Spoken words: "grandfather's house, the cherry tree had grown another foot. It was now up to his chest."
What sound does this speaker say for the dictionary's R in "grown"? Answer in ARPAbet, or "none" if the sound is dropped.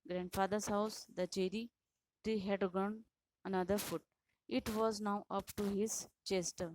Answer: none